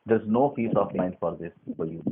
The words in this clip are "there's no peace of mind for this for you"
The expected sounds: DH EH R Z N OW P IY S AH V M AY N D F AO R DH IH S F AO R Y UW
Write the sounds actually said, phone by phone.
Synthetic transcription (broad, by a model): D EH R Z N OW F IY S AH F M AY N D F AO R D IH S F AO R Y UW